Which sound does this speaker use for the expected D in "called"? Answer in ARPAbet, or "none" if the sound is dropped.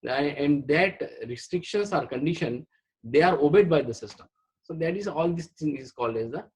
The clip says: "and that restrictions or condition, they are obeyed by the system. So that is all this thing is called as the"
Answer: D